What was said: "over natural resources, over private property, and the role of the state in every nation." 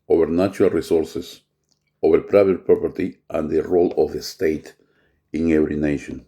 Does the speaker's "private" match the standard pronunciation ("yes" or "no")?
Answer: no